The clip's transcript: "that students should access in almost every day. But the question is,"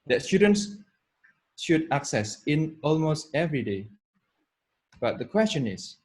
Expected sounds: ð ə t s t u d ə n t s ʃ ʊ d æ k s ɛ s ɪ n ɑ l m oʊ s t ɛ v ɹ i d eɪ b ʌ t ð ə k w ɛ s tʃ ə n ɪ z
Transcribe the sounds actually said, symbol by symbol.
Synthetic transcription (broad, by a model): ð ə t s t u d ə n t s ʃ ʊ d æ k s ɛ s ɪ n ɑ l m oʊ s t ɛ v ɹ i d eɪ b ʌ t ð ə k w ɛ s tʃ ə n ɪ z